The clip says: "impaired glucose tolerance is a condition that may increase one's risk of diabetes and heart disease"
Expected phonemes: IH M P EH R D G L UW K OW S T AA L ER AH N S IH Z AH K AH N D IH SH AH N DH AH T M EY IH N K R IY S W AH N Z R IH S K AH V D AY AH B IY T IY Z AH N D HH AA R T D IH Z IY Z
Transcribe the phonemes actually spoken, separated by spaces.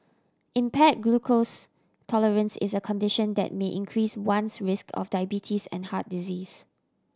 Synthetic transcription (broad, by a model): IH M P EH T G L UW K OW S T AA L ER AH N S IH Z AH K AH N D IH SH AH N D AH T M EY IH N K R IY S W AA N S R IH S K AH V D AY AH B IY T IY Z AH N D HH AA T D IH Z IY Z